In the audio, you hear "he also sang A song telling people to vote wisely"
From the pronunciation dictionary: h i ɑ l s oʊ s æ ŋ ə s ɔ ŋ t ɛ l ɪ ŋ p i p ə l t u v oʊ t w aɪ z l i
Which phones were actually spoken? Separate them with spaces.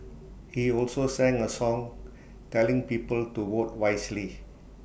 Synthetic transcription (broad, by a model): h i ɑ l s oʊ s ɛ ŋ ə s ɔ ŋ t ɛ l ɪ ŋ p i p ə l t u w oʊ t w aɪ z l i